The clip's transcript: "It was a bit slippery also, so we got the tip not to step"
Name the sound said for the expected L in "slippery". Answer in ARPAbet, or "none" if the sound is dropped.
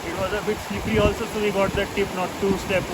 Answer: none